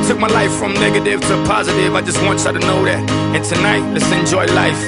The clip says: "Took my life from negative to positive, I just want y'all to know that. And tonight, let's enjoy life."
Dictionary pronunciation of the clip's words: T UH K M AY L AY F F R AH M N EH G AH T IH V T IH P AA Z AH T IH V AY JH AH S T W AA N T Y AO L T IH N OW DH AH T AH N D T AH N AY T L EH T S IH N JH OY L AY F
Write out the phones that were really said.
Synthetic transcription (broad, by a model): T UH K M AY L AY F F R AH M N EH G AH T IH V T IH P AA Z AH T IH V AY JH AH S T W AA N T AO T IH N OW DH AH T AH N T AH N AY T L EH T S IH N JH OY L AY F